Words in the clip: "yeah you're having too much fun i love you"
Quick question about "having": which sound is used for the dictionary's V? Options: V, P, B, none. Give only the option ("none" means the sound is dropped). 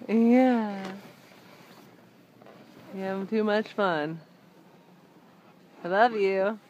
none